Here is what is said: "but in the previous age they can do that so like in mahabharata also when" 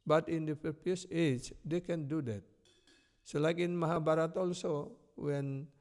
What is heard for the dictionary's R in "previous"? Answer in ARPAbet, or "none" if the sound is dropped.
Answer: none